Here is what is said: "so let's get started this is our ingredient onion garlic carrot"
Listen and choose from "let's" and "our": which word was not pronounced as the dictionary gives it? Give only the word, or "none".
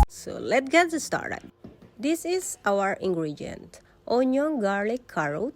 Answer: let's